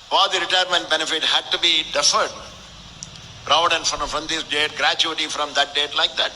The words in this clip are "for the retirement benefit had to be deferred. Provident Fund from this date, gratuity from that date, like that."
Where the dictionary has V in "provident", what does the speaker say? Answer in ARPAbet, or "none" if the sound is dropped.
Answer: none